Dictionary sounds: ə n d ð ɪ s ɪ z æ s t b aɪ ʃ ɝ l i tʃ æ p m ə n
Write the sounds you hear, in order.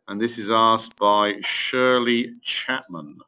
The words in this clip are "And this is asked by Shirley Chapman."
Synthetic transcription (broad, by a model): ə n ð ɪ s ɪ z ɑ s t b aɪ ʃ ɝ l i tʃ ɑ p m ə n